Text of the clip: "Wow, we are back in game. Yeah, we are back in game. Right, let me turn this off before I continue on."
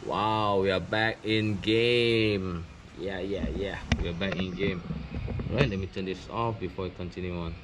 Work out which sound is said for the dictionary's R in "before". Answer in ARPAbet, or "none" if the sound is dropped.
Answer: W